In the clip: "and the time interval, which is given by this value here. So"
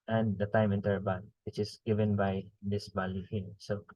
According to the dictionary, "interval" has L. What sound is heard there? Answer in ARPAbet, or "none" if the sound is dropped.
N